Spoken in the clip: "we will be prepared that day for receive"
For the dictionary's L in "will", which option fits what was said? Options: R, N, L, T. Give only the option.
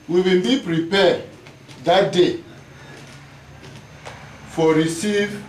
N